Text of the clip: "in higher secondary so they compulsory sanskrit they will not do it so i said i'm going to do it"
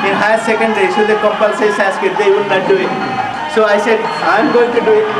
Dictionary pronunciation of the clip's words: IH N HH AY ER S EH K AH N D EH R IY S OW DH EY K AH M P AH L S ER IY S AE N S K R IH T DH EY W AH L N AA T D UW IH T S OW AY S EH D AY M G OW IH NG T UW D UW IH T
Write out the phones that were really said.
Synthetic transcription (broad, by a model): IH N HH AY S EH K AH N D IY S OW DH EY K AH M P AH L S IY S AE S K IH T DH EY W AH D N AA T D UW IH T S OW AY S EH D AY M G OW IH NG T UW D UW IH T